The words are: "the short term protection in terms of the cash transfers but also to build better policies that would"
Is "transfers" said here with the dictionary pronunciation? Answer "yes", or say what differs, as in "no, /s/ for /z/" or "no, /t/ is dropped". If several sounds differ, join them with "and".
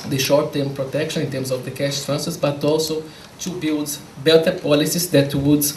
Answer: no, /f/ is dropped